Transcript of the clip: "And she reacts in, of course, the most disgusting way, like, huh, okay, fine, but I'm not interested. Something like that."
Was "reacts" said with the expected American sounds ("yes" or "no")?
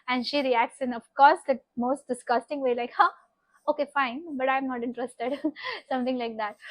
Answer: yes